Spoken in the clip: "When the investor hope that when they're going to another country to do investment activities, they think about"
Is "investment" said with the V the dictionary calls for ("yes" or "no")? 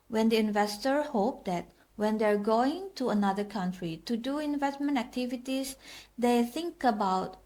yes